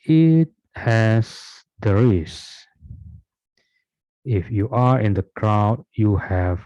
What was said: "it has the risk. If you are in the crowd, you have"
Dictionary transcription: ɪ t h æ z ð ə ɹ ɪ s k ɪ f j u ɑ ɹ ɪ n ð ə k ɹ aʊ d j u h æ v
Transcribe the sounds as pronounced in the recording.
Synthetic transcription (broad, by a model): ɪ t h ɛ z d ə ɹ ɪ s ɪ f j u ɑ ɹ ɪ n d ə k ɹ aʊ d j u h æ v